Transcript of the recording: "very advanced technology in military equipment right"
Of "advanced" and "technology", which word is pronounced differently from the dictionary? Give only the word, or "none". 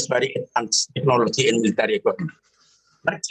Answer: advanced